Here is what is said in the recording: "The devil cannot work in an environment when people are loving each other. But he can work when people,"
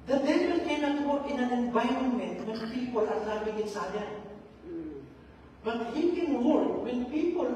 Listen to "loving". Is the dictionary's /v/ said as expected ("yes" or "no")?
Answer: no